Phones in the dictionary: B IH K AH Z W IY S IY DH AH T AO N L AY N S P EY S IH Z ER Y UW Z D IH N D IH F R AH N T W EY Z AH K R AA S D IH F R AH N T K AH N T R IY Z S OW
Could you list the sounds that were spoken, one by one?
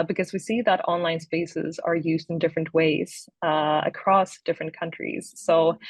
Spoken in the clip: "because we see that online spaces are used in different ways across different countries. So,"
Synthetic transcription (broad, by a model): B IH K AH Z W IY S IY DH AH T AO N L AY N S P EY S IH Z ER Y UW Z D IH N D IH F R AH N T W EY Z AH K R AA S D IH F R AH N K AH N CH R IY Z S OW